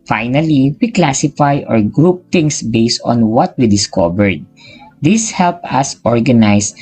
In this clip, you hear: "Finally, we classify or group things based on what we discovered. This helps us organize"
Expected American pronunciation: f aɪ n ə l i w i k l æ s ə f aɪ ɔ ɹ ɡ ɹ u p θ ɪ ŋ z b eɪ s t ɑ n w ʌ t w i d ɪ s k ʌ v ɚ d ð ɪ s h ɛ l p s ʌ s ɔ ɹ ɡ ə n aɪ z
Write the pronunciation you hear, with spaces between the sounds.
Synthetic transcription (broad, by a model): f aɪ n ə l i w i k l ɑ s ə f aɪ ɔ ɹ ɡ ɹ u p t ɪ ŋ s b eɪ s t ɑ n w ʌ t w i d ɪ s k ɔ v ɚ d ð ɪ s h ɛ l p s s ɔ ɹ ɡ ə n aɪ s